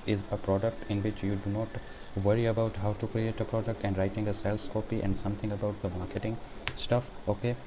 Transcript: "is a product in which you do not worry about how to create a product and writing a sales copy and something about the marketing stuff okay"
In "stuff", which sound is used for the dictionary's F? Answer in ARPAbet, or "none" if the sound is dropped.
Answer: F